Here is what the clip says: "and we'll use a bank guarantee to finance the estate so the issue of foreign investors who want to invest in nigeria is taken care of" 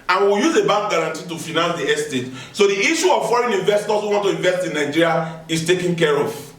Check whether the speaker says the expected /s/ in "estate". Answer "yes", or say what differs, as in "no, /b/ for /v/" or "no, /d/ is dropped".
yes